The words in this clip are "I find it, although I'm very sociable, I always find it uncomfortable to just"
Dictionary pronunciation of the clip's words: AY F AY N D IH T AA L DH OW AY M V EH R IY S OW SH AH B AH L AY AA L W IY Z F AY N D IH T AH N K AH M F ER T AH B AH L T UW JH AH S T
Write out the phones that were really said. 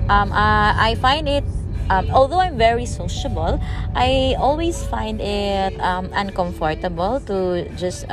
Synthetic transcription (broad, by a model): AY F AY N D IH T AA L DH OW AY M V EH R IY S OW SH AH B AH L AY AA L W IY S F AY N D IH T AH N K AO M F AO T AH B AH L T UW JH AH S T